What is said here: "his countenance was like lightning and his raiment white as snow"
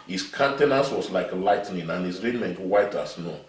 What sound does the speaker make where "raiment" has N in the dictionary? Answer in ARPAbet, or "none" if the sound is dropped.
N